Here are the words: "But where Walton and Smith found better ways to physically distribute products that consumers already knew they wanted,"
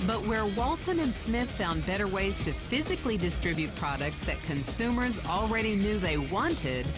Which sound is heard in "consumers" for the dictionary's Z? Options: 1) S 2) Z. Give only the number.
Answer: 2